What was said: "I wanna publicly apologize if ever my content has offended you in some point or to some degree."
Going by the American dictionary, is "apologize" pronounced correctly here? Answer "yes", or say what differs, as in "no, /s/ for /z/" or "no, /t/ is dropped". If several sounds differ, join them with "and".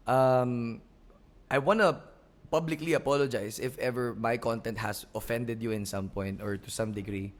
no, /s/ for /z/